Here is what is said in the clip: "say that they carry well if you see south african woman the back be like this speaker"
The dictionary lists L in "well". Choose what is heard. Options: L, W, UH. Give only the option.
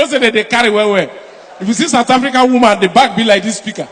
W